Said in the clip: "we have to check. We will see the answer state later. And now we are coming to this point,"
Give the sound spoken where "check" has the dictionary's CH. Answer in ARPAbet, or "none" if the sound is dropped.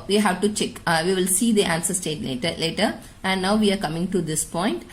CH